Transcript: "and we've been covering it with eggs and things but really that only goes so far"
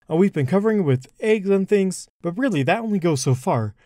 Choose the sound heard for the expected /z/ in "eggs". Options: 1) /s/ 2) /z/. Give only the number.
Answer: 2